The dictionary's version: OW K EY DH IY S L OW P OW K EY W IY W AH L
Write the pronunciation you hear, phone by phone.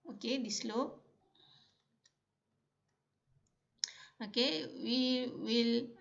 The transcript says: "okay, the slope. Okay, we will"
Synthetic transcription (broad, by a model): OW K EY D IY S L OW OW K EY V IY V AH L